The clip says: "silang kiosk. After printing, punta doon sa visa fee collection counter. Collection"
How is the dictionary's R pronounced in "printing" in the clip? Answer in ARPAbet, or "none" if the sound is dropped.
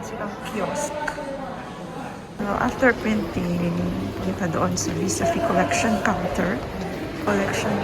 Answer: none